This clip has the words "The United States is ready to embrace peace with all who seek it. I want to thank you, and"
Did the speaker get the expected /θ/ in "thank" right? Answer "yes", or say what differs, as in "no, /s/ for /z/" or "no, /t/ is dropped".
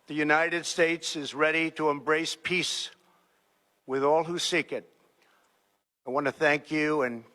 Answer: yes